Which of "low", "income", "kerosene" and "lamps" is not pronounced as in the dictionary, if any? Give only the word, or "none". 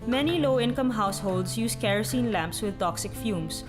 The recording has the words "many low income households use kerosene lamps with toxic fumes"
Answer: none